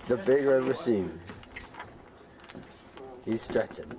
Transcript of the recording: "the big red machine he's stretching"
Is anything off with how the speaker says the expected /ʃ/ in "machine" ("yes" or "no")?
yes